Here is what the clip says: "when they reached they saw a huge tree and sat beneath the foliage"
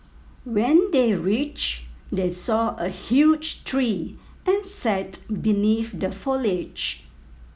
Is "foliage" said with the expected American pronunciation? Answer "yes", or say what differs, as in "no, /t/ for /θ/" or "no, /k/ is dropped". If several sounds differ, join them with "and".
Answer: yes